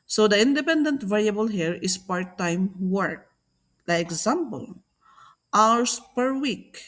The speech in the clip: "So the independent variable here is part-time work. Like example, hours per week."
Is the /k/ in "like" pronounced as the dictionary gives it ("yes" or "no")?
no